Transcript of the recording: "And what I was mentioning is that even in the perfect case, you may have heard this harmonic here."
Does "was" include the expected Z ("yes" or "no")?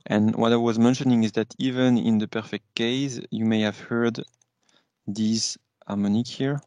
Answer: yes